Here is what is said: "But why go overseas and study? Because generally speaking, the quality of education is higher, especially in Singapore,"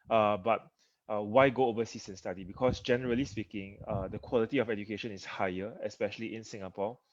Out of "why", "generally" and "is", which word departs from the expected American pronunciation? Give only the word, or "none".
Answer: is